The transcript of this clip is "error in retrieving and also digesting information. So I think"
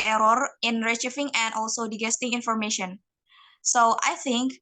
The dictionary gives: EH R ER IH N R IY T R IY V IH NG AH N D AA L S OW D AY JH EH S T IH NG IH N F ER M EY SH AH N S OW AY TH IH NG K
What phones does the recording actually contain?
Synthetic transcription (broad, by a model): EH R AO IH N R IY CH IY F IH NG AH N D AA L S OW D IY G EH S T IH NG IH N F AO M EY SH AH N S OW AY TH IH NG K